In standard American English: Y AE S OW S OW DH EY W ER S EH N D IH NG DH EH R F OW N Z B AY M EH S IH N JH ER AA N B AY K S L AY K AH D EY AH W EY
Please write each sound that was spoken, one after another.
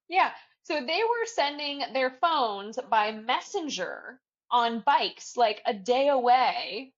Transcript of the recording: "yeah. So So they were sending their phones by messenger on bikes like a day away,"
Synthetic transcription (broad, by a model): Y AE S OW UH DH EY W ER S EH N D IH NG DH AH R F OW N Z B AY M EH S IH N JH ER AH N B AY K S L AY K AH D EY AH W EY